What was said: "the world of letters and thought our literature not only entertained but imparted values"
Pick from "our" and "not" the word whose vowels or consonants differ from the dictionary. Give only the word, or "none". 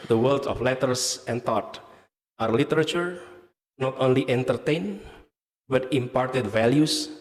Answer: none